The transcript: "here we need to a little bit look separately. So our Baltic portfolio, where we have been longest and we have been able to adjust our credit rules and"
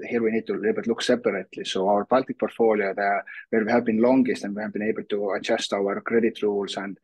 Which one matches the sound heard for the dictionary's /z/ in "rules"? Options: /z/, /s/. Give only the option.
/s/